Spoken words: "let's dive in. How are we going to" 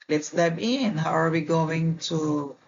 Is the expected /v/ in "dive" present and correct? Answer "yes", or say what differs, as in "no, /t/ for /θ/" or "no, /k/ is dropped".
no, /b/ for /v/